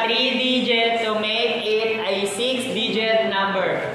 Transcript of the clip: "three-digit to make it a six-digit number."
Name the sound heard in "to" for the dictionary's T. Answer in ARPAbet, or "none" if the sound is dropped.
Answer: S